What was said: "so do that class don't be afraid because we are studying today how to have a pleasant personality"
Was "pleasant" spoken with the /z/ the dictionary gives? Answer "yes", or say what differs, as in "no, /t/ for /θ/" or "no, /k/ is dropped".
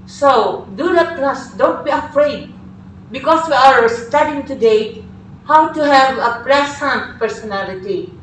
no, /s/ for /z/